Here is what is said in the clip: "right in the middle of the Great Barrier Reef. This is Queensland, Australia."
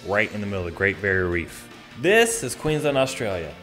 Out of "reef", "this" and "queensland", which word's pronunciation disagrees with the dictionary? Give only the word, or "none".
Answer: queensland